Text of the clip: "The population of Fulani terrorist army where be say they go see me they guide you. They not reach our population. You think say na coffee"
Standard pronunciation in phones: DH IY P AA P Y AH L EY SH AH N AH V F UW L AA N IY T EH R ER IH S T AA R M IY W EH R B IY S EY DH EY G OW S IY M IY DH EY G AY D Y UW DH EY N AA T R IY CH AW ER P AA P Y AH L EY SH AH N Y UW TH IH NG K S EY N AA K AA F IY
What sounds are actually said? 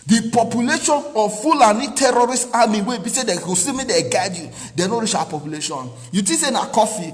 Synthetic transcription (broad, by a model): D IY P AA P Y AH L EY SH AH N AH F UW L AA N IY T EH R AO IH S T AA M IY W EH B IY S EY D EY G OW S IY M IY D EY G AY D Y UW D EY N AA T R IY CH AW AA P AA P Y AH L EY SH AH N Y UW T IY S EY N AA K AA F IY